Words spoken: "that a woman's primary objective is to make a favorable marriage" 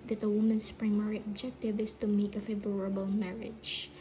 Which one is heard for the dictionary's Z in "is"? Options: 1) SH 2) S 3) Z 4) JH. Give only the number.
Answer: 2